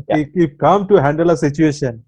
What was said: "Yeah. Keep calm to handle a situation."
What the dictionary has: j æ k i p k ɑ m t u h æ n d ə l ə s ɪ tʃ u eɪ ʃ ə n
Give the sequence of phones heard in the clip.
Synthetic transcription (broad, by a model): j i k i f k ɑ m t u h æ n d ə l ə s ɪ tʃ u eɪ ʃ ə n